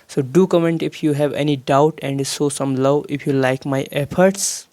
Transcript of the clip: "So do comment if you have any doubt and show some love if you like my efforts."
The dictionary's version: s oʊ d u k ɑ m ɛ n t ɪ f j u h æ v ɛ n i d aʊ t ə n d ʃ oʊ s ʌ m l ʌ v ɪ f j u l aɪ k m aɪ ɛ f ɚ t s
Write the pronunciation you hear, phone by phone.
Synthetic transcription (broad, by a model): s oʊ d u k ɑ m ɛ n t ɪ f j u h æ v ɛ n i d aʊ t ə n d s oʊ s ʌ m l ʌ v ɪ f j u l aɪ k m aɪ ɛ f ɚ t s